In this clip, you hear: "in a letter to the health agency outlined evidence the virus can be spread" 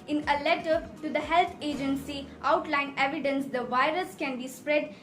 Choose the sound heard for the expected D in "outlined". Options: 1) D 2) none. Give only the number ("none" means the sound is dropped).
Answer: 2